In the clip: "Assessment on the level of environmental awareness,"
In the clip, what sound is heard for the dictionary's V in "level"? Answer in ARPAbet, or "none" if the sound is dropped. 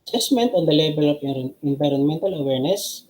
B